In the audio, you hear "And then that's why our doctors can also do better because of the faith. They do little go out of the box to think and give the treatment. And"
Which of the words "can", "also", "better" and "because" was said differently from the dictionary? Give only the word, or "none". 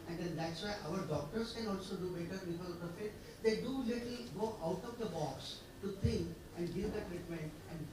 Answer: because